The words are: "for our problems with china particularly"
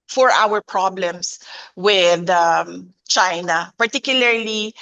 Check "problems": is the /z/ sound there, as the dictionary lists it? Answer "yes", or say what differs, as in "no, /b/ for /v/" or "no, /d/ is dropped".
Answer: no, /s/ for /z/